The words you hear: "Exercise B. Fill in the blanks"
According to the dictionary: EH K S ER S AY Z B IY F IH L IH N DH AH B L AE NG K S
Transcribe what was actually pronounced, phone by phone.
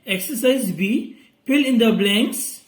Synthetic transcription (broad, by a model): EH K S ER S AY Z B IY P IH L IH N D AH B L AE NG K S